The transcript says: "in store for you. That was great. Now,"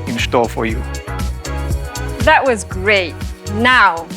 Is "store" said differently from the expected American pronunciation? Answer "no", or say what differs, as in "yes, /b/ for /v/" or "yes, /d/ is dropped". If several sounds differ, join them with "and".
yes, /l/ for /ɹ/